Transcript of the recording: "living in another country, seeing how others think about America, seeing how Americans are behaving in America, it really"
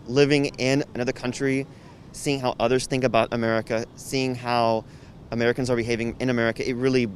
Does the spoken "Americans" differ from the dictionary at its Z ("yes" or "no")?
no